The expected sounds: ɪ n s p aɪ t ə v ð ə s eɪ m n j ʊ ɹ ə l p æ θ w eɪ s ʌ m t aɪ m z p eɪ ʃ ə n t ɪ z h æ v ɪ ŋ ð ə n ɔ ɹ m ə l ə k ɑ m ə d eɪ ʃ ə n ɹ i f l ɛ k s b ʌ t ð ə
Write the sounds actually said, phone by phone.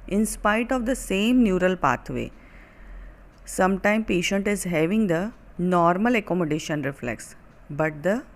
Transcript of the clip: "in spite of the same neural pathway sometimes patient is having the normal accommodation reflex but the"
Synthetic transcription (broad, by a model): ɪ n s p aɪ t ə v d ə s eɪ m n j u ɹ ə l p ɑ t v eɪ s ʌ m t aɪ m p eɪ ʃ ə n t ɪ z h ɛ v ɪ ŋ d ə n ɔ ɹ m ə l ə k ɑ m ə d eɪ ʃ ə n ɹ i f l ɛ k s b ʌ t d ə